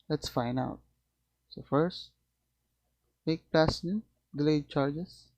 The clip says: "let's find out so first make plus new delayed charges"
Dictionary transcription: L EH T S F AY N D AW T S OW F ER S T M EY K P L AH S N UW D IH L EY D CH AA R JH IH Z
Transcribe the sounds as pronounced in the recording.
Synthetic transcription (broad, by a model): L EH T S F AY N AW T S OW F ER S T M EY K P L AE S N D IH L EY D CH AA R JH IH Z